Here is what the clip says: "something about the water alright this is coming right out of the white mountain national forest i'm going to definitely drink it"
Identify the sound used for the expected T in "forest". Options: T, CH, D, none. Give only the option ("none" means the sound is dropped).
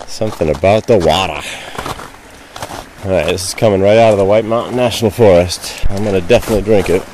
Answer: T